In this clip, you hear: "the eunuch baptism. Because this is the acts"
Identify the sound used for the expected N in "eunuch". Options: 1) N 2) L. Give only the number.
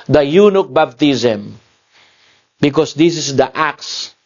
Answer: 1